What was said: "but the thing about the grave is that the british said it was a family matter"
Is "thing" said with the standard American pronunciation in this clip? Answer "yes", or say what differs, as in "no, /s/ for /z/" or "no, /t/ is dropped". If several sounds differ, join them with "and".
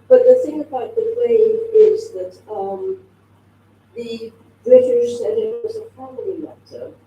yes